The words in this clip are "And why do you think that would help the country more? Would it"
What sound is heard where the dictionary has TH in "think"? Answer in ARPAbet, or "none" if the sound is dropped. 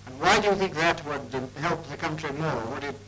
TH